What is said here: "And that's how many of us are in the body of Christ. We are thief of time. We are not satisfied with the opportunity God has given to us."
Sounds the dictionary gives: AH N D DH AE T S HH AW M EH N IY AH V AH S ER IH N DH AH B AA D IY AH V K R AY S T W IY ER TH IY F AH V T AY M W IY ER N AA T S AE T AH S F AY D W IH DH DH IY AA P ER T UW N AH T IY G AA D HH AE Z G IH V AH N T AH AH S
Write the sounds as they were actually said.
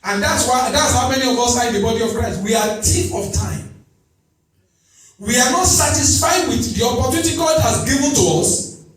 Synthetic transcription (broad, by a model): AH N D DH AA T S HH AW M EH N IY AH V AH S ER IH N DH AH B AA D IY AH V K R AY S T W IY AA T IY P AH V T AY M W IY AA N AA T S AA T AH S F AY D W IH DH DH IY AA P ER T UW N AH T IY G AA D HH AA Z G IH V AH N T AH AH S